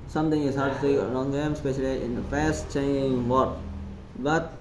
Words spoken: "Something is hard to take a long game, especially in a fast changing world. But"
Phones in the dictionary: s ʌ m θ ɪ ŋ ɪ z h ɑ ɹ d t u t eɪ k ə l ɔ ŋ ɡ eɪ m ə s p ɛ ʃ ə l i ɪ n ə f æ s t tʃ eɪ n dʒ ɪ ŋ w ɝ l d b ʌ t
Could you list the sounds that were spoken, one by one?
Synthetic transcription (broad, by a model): s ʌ m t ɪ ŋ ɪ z h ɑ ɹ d t u s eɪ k ə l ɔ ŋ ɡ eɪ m s p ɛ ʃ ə l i ɪ n ə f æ s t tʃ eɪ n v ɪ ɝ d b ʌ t